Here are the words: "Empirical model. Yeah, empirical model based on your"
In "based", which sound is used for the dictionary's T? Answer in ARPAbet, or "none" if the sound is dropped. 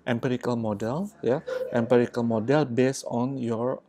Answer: none